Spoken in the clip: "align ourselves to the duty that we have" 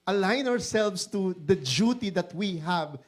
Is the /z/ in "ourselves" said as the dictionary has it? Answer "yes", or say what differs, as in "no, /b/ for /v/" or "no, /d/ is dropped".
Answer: no, /s/ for /z/